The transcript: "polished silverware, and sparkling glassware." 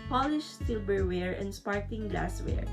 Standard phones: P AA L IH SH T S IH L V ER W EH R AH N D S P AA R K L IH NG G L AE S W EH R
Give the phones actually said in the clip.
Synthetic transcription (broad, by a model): P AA L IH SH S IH L B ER W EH R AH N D S P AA R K IH NG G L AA S W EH R